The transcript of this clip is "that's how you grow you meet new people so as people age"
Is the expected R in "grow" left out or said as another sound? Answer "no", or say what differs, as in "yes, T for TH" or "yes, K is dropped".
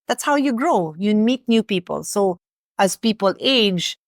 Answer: no